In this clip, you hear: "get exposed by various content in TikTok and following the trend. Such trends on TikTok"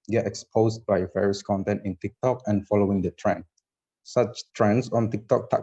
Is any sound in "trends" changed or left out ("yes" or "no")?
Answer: yes